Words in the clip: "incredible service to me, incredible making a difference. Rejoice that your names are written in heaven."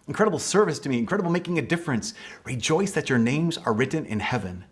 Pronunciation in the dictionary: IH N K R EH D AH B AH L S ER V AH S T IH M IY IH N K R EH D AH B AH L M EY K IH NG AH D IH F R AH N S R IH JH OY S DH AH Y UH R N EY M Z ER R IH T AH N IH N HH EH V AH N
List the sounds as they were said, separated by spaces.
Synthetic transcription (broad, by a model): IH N K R EH D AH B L S ER V AH S T IH M IY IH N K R EH D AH B L M EY K IH NG AH D IH F R AH N S R IH JH OY S DH AH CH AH R N EY M Z ER R IH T N IH N HH EH V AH N